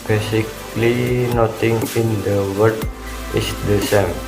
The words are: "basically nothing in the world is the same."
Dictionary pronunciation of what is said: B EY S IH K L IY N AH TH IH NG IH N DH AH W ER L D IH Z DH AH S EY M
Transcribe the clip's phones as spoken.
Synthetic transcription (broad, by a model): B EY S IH K L IY N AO T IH NG IH N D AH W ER D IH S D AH S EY M